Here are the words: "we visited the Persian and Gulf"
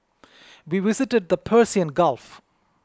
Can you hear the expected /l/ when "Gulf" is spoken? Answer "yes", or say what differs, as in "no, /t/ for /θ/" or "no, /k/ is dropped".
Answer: yes